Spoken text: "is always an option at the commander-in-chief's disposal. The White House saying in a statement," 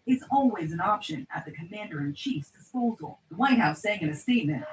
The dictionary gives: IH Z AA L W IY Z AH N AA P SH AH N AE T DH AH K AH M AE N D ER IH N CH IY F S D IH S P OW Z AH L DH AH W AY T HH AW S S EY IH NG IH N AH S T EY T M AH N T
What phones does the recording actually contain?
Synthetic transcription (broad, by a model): IH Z AA L W IY Z AH N AA P SH AH N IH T DH AH K AH M AE N D ER IH N CH IY F S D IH S P OW Z L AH W AY T HH AW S S EY IH NG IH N AH S T EY T M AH N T